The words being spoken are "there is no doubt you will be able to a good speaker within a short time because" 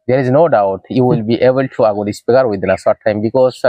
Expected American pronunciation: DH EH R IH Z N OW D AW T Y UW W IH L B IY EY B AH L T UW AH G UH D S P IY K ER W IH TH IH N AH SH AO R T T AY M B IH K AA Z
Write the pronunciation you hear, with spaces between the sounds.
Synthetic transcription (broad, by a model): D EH R IH Z N OW D AW T Y UW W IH L B IY EY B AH L T UW AH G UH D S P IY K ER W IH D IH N AH S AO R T T AY M B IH K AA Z